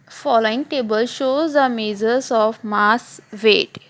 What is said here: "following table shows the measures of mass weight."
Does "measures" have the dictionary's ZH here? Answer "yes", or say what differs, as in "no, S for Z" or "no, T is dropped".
no, Z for ZH